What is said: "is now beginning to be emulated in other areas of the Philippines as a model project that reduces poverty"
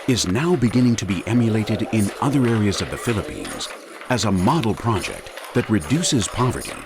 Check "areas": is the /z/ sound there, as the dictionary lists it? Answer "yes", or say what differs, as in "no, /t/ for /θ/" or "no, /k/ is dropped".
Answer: yes